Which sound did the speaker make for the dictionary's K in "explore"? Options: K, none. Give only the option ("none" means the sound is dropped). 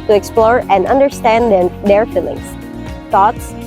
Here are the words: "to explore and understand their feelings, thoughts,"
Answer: K